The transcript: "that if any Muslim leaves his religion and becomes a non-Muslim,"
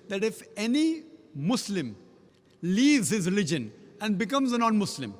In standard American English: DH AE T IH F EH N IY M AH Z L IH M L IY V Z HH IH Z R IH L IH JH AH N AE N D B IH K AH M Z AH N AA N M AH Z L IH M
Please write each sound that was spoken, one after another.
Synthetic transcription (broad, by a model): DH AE T IH F EH N IY M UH S L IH M L IY V Z HH IH Z R IH L IH JH AH N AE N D B IH K AH M Z AH N AA N M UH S L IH M